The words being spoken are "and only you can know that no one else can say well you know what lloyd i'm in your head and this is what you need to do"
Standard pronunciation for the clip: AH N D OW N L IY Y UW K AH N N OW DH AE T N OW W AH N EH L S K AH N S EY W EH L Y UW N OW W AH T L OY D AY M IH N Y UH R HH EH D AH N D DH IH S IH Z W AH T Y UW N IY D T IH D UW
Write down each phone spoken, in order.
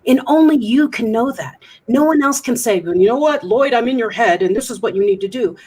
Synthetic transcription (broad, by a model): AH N OW N L IY Y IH K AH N N OW DH AE T N OW W AH N EH L S K AH N S EY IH N Y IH N OW W AH T L OY D AY M IH N Y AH R HH EH D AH N DH IH S IH Z W AH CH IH N IY D T IH D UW